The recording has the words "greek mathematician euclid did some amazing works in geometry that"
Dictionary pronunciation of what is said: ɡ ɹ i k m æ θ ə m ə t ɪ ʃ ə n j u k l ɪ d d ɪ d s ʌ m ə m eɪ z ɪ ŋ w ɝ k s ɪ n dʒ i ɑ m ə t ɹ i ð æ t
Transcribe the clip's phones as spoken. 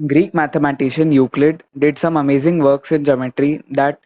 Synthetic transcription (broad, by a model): ɡ ɹ i k m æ t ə m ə t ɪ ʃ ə n j u k l ɪ d d ɪ d s ʌ m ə m eɪ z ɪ ŋ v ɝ k s ɪ n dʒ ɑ m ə t ɹ i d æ t